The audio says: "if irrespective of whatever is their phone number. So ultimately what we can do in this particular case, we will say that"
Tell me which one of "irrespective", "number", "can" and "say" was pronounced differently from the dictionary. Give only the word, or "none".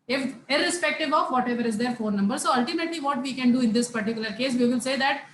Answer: none